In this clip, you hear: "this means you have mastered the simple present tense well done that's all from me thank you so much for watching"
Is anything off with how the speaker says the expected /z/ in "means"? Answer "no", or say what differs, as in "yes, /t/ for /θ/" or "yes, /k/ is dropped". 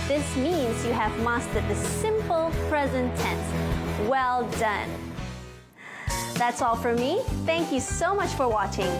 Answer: no